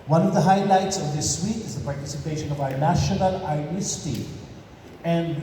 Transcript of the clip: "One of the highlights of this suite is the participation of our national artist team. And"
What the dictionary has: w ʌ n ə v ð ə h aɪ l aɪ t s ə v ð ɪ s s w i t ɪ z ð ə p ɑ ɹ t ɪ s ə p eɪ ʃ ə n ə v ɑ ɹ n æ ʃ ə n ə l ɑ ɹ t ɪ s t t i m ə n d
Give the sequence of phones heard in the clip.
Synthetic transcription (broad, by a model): w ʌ n ə v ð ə h aɪ l aɪ t s ə v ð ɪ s s w i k ɪ z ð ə p ɑ ɹ t ɪ s ə p eɪ ʃ ə n ə v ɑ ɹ n æ ʃ ə n ə l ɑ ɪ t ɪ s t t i ə n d